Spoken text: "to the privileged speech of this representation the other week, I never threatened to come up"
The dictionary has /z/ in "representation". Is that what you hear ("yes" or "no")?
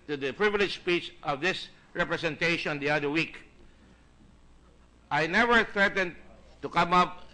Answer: no